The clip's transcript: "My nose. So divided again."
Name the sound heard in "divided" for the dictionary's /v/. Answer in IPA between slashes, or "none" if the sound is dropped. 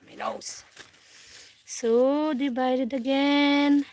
/b/